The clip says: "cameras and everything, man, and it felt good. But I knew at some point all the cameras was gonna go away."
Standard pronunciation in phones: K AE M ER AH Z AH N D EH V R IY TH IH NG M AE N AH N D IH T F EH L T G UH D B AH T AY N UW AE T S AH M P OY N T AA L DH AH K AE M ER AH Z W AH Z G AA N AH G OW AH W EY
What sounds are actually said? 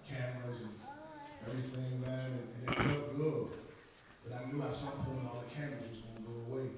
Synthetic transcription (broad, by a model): K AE M ER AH Z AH N EH V R IY TH IH NG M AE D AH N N IH T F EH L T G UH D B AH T AY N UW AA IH S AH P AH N AA L DH AH K AE M ER AH Z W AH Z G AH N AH G OW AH W EY